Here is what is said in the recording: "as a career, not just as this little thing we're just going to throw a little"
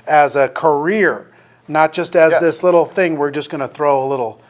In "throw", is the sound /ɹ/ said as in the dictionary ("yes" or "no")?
yes